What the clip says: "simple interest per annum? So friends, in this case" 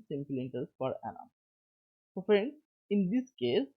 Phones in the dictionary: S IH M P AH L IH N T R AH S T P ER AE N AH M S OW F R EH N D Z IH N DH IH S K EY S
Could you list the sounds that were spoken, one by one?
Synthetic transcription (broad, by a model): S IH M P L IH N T AH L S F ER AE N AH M S OW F R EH N D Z IH N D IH S K EY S